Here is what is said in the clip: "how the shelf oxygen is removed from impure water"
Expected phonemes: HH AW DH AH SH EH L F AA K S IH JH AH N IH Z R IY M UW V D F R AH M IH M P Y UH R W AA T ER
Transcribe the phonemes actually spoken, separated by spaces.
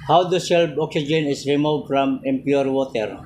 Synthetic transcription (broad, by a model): HH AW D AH S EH L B AA K S IH JH AH N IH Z R IY M UW V D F R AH M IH M P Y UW R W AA T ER